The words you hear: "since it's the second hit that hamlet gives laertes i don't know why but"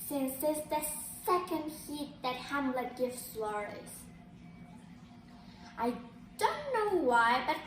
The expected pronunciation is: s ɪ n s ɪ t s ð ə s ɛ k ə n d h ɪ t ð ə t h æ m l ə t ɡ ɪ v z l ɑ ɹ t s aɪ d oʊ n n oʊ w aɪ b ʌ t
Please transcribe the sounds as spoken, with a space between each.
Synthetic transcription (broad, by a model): s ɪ n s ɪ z ð ə s ɛ k ə n d h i t ð ə t h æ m l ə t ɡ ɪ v s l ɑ ɹ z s aɪ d oʊ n n oʊ w aɪ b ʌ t